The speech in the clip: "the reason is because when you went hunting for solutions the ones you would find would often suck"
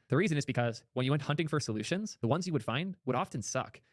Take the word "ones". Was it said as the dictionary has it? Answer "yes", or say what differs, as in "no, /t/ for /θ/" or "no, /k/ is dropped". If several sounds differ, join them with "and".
yes